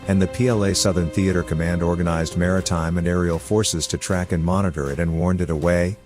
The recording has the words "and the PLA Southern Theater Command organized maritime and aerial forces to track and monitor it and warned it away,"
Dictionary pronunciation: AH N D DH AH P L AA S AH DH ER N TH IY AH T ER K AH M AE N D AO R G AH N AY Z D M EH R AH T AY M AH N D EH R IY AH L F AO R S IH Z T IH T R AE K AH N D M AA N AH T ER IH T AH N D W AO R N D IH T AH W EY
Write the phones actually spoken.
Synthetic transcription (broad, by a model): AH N DH AH P L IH S AH DH ER N TH IY AH T ER K AH M AE N D AO R G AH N AY Z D M EH R AH T AY M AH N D EH R IY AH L F AO R S IH Z T IH T R AE K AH N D M AA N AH T ER IH T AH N W AO R N D IH T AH W EY